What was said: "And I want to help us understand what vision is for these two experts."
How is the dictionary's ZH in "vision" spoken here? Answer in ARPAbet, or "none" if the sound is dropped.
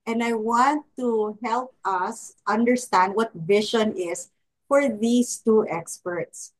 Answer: SH